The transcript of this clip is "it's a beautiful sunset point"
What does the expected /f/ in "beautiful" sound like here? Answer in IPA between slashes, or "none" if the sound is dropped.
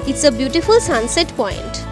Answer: /f/